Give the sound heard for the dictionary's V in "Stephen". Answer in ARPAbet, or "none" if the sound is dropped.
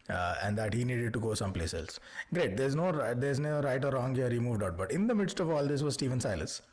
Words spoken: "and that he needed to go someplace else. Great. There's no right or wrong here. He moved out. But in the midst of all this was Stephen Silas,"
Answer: V